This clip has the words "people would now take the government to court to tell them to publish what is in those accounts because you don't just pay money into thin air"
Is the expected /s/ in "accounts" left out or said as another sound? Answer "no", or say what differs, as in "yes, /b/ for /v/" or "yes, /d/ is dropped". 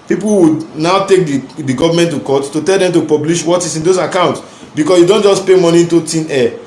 no